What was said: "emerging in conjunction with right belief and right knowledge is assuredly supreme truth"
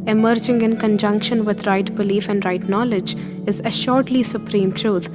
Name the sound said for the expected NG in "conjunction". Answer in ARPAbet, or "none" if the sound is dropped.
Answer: NG